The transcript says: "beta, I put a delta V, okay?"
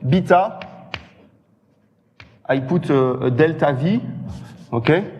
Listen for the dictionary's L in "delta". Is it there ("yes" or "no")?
yes